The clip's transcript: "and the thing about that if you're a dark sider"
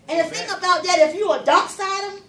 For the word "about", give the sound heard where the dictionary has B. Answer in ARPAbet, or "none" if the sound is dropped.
B